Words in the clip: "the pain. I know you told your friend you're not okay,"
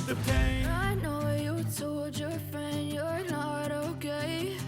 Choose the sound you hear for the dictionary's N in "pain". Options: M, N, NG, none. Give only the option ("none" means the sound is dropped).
none